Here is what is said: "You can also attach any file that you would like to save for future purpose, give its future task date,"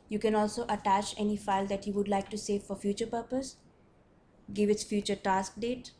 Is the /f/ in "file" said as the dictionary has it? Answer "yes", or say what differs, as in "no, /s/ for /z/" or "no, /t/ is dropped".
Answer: yes